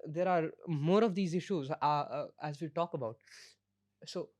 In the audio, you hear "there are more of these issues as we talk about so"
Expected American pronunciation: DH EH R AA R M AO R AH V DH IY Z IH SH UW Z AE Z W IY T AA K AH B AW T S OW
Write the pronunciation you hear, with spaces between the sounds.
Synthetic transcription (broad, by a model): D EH R AA R M AO R AH V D IY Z IH SH UW Z AE Z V IY T AA K AH B AW T S OW